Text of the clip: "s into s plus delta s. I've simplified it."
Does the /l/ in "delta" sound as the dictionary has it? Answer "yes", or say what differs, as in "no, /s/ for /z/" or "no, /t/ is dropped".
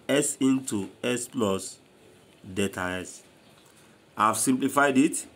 no, /l/ is dropped